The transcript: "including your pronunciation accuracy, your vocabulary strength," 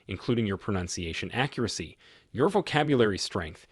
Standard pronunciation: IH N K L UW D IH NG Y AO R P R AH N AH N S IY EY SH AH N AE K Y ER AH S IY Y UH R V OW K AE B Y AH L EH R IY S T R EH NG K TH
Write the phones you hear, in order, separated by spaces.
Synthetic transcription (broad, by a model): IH N K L UW D IH NG Y AO R P R AH N AH N S IY EY SH AH N AE K Y ER AH S IY Y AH R V OW K AE B Y AH L EH R IY S T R EH NG K TH